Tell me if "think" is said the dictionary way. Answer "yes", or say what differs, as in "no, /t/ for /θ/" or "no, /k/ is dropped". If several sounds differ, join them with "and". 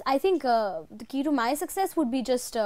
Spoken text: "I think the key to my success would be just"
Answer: no, /t/ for /θ/